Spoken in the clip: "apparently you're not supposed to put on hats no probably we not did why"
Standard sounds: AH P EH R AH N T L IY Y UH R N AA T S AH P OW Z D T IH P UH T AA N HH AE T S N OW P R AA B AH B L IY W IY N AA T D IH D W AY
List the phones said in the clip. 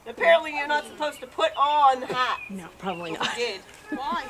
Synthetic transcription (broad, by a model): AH P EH R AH N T L IY Y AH R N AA T S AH P OW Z T IH P UH T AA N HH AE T N OW P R AA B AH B L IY IY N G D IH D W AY